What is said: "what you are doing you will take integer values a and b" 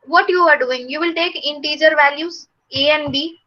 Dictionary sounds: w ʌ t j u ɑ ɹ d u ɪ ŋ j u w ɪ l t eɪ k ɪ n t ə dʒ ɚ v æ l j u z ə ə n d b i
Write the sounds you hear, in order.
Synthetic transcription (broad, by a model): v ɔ t j u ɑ ɹ d u ɪ ŋ j u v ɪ l t eɪ k ɪ n t ə dʒ ɚ v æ l j u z ə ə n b i